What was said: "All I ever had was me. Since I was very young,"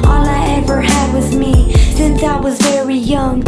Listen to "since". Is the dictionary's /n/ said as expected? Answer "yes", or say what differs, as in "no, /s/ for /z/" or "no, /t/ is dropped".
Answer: yes